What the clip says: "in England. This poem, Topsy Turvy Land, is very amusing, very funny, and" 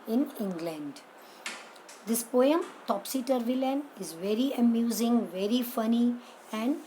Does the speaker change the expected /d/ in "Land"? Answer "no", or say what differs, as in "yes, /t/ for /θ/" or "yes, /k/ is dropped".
yes, /d/ is dropped